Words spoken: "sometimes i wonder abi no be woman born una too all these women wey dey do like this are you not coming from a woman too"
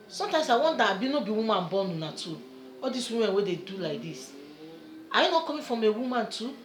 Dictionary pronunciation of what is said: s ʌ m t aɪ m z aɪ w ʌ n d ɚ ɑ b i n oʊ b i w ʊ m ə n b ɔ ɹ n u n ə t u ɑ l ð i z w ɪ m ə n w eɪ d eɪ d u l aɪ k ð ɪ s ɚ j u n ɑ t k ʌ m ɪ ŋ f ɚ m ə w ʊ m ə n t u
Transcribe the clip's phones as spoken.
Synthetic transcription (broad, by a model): s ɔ m t aɪ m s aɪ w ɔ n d ɑ b i n oʊ b i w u m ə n b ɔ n u n ə t u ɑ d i s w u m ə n w eɪ d eɪ d u l aɪ k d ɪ s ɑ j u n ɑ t k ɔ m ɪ f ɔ m ə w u m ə n t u